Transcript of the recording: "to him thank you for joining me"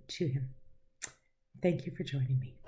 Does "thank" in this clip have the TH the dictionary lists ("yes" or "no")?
yes